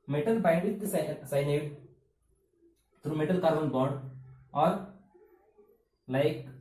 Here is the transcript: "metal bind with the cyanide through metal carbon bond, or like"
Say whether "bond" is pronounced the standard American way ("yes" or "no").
no